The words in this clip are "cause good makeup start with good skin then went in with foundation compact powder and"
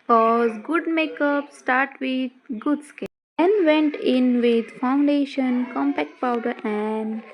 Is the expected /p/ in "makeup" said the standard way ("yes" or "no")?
yes